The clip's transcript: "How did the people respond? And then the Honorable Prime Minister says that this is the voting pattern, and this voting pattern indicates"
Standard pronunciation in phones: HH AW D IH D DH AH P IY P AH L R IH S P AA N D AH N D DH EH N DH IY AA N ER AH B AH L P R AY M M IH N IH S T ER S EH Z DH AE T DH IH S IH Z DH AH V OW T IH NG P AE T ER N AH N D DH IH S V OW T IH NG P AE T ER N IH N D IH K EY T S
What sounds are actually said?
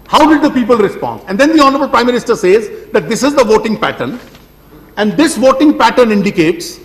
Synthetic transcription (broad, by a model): HH AW D IH D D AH P IY P AH L R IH S P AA N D AH N D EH N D IY AA N ER AH B AH L P R AY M M IH N IH S T ER S EH Z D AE T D IH S IH Z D AH V OW T IH NG P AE T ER N AH N D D IH S V OW T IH NG P AE T ER N IH N D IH K EY T S